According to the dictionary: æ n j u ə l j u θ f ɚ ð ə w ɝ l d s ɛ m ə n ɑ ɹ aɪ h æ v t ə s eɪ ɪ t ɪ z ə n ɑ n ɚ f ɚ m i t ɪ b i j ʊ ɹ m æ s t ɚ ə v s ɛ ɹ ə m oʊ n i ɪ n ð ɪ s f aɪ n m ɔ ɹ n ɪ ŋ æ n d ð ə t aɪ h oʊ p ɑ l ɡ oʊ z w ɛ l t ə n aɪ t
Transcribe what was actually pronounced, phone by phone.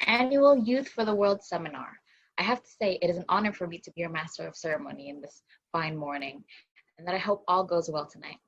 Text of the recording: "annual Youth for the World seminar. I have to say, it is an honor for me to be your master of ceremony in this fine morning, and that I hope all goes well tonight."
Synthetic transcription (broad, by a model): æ n j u l j u θ f ɚ ð ə w ɝ l d s ɛ m ə n ɑ ɹ aɪ h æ f t ə s eɪ ɪ t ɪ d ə n ɑ n ɚ f ɚ m i t ɪ b i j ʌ ɹ m æ s t ɚ ə v s ɛ ɹ ə m oʊ n i ɪ n ð ɪ s f aɪ n m ɔ ɹ n ɪ ŋ n ð ə t aɪ h oʊ p ɑ l ɡ oʊ z w ɛ l t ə n aɪ t